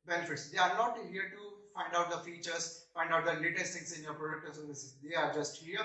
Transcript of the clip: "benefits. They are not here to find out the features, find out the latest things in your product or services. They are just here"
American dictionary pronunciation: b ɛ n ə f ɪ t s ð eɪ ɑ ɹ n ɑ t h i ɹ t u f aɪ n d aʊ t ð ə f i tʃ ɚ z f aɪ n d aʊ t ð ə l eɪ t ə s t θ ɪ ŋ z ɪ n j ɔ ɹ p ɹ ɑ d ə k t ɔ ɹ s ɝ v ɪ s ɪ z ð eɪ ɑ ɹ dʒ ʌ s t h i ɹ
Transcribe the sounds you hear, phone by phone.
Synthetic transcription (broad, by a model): b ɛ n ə f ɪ t s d eɪ ɑ ɹ n ɑ t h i ɹ t u f aɪ n d aʊ t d ə f i tʃ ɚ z f aɪ n d aʊ t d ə l eɪ t ə s t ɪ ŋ s ɪ n j ɔ ɹ p ɹ ɑ d ə k t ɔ l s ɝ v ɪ s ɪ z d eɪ ɑ ɹ dʒ ʌ s t h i ɹ